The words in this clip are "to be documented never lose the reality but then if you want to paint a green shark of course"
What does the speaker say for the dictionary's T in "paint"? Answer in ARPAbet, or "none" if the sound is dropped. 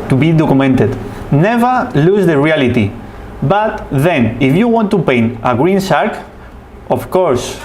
none